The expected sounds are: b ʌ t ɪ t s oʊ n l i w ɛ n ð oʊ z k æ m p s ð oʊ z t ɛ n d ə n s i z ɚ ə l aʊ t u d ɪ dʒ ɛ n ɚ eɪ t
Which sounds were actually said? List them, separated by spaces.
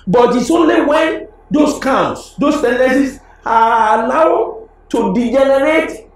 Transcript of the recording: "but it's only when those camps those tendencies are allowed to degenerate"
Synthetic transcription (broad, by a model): b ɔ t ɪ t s oʊ n l i w ɛ n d oʊ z k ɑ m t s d oʊ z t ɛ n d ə s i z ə n aʊ t u d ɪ dʒ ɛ n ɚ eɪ t